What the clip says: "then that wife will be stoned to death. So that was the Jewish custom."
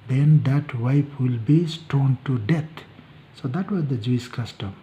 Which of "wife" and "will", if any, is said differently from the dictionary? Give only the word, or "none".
wife